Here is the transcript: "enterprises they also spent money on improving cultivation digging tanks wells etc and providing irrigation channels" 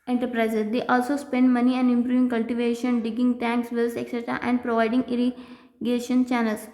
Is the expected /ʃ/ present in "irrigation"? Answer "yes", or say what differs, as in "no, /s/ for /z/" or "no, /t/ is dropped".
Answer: yes